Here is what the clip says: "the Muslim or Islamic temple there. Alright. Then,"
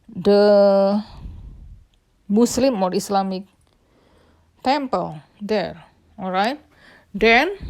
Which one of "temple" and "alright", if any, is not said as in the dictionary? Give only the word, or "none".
none